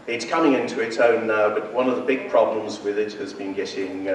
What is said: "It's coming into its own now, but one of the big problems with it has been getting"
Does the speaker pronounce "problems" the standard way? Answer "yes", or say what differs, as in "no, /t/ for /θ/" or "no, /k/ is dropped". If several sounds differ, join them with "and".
yes